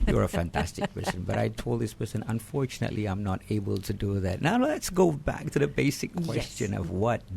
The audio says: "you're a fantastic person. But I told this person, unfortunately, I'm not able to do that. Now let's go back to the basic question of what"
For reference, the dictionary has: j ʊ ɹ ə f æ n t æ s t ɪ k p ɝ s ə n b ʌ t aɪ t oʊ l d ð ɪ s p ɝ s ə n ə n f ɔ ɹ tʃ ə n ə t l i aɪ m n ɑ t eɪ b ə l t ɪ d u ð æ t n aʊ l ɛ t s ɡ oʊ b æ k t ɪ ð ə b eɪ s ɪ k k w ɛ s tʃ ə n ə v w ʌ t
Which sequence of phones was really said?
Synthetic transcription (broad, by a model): j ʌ ɹ ə f æ n t æ s t ɪ k p ɝ s ə n b ʌ t aɪ t oʊ l d ð ɪ s p ɝ s ə n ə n f ɔ ɹ tʃ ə n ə t l i aɪ m n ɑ t eɪ b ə l t ɪ d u ð æ t n aʊ l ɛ t s ɡ oʊ b æ k t ɪ ð ə b eɪ s ɪ k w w ɛ s tʃ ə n ə v w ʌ t